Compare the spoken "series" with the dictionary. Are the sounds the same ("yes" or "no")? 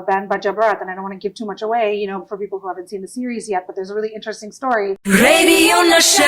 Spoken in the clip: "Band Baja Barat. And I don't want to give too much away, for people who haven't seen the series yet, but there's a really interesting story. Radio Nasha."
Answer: yes